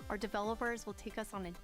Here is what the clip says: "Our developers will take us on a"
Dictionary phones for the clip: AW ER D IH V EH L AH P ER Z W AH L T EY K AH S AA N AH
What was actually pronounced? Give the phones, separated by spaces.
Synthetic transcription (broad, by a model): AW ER D IH V EH L AH P ER Z W AH L T EY K AH S N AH